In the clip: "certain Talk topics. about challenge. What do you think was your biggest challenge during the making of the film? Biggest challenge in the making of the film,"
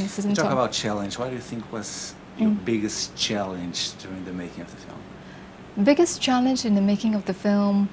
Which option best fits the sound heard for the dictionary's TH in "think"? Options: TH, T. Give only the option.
TH